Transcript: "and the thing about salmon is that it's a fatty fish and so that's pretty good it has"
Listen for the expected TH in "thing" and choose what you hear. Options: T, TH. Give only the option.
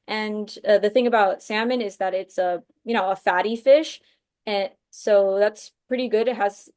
TH